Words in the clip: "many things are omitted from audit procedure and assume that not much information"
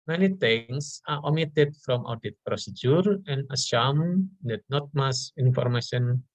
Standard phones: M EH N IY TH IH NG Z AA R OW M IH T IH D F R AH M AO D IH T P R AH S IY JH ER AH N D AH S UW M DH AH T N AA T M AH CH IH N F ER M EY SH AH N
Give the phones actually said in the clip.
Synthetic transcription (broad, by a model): M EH N IY T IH NG S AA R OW M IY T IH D F R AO M AO D IH T P R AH S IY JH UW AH N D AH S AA M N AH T N AA T M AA S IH N F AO M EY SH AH N